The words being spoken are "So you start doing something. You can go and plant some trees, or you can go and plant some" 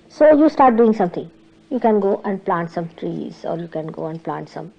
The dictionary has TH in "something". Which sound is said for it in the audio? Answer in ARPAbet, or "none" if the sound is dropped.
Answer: T